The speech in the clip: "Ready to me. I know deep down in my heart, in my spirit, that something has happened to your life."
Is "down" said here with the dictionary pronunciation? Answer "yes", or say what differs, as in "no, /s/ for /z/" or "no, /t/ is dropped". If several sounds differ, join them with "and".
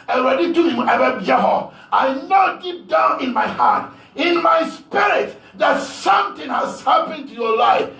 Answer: yes